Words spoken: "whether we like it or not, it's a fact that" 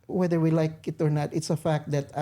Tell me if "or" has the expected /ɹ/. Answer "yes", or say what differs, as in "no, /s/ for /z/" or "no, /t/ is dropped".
yes